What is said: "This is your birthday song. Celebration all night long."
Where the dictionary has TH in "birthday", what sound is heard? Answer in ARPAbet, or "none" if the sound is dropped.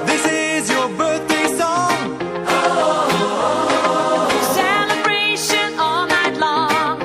TH